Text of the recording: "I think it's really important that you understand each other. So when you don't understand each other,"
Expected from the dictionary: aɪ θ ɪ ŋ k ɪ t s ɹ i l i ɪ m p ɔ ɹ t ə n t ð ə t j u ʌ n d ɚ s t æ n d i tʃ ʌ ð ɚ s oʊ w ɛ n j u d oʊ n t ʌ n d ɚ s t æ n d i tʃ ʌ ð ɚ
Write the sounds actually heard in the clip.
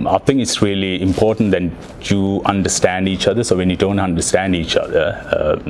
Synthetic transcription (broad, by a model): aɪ t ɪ ŋ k ɪ t s ɹ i l i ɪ m p ɔ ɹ t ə n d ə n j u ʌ n d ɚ s t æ n d i tʃ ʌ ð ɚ s oʊ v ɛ n j u d oʊ n t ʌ n d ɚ s t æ n d i tʃ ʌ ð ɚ